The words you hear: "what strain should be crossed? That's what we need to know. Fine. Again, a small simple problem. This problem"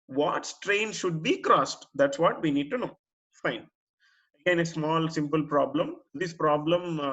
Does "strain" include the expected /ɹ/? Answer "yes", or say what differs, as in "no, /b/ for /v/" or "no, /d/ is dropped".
yes